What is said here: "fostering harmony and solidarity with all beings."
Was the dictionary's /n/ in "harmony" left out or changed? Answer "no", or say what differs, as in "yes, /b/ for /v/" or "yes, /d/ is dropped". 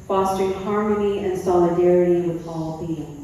no